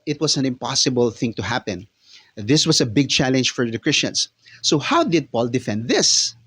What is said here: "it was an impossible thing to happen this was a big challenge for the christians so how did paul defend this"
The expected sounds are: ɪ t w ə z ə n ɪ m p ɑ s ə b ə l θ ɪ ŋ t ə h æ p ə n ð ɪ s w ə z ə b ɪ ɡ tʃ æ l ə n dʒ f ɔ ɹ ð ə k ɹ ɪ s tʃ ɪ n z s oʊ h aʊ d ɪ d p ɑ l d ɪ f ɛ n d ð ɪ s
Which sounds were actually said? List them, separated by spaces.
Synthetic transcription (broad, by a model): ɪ t w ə s ə n ɪ m p ɑ s ə b ə l θ ɪ ŋ t ə h æ p ə n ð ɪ s w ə s ə b ɪ ɡ tʃ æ l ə n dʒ f ɔ ɹ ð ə k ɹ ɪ s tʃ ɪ n s oʊ h aʊ d ɪ d p ɑ l d ɪ f ɛ n d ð ɪ s